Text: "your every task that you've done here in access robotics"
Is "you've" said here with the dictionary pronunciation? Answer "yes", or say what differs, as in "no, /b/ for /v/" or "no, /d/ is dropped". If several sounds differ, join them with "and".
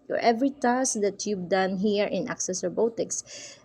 no, /b/ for /v/